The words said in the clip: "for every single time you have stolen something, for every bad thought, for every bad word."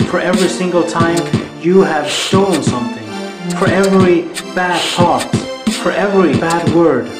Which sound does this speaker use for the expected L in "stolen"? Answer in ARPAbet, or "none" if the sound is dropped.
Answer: none